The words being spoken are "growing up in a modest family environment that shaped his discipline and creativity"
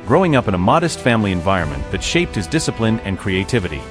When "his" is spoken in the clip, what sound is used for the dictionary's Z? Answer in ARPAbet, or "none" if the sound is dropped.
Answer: Z